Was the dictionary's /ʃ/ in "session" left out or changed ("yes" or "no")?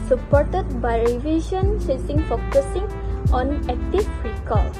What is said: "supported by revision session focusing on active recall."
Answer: yes